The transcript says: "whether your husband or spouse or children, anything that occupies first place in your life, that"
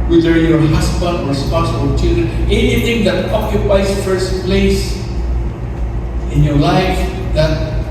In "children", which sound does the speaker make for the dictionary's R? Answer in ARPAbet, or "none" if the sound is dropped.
none